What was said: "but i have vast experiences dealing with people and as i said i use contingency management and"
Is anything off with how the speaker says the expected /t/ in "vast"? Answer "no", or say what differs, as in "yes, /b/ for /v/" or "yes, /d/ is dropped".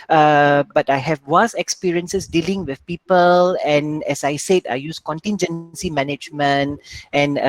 yes, /t/ is dropped